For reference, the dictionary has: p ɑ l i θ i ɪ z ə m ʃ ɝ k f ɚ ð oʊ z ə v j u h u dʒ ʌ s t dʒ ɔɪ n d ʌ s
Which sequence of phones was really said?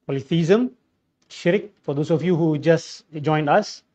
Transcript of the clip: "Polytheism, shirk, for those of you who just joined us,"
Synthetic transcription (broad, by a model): p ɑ l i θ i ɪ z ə m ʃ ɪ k f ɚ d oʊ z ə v j u h u dʒ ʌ s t dʒ ɔɪ n d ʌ s